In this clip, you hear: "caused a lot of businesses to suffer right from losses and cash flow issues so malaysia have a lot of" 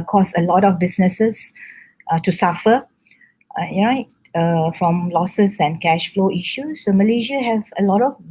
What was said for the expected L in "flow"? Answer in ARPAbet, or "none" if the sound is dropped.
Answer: L